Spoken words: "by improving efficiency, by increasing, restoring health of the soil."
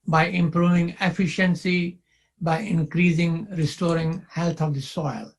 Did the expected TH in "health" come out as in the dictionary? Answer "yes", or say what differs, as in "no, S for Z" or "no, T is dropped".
no, T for TH